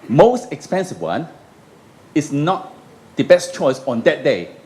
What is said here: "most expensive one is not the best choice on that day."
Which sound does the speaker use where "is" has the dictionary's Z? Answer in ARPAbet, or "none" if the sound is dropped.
S